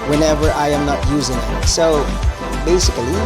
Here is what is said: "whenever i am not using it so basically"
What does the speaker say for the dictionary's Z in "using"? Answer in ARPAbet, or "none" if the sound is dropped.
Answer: Z